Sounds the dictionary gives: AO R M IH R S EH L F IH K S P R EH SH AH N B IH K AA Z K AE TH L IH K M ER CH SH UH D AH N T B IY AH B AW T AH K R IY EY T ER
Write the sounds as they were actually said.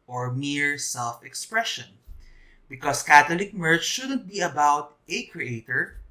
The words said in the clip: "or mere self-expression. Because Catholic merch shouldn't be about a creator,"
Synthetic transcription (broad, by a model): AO R M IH R S EH L F IH K S P R EH SH AH N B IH K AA S K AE T L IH K M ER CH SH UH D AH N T B IY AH B AW T AH K R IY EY T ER